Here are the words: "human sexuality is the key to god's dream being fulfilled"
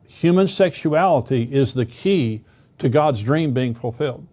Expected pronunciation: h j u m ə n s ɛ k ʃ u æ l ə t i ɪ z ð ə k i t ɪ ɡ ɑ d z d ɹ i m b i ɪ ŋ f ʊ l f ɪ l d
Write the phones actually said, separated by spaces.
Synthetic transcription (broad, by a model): h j u m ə n s ɛ k ʃ u æ l ə t i ɪ z ð ə k i t ɪ ɡ ɑ d z d ɹ i m b i ɪ ŋ f l f ɪ l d